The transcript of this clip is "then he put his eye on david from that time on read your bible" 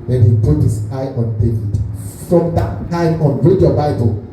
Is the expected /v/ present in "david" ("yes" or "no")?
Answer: no